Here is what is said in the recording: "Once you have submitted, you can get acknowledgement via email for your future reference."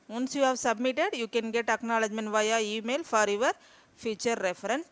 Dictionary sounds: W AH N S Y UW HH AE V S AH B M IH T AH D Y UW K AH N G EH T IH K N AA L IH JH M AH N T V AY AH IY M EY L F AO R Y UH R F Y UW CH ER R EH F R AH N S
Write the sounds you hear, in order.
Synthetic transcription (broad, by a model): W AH N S Y UW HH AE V S AH B M IH T AH D Y UW K AH N G EH T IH K N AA L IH JH M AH N V AY AH IY M EY L F AO R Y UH R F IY CH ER R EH F R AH N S